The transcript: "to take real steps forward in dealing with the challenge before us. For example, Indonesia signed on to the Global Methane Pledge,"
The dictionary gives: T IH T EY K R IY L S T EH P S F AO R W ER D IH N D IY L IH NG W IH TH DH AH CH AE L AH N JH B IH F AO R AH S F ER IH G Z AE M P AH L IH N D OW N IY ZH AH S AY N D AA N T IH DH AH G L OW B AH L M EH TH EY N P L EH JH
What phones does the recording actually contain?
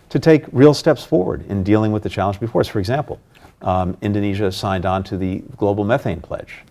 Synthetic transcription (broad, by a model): T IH T EY K R IY L S T EH P S F AO R W ER D IH N D IY L IH NG W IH DH AH CH AE L AH N JH B IH F AO R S F ER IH G Z AE M P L IH N D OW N IY ZH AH S AY N D N T IH DH AH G L OW B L M EH TH EY N P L EH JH